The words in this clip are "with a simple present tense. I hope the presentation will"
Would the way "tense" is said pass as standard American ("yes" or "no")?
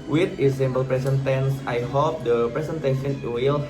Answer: yes